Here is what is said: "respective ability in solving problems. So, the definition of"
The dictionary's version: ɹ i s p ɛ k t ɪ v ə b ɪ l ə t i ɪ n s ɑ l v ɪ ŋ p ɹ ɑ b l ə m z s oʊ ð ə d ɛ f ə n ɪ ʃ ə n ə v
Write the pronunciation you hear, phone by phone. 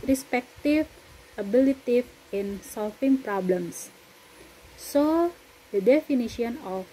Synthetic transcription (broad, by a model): ɹ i s p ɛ k t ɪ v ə b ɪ l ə t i ɪ n s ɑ l f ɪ ŋ p ɹ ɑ b l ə m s s oʊ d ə d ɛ f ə n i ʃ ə n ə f